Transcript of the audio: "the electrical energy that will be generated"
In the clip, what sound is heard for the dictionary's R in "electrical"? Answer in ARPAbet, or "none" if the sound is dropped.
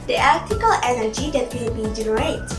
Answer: none